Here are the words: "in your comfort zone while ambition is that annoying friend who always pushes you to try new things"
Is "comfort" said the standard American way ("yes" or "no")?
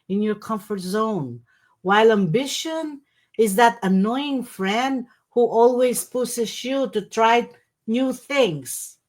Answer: yes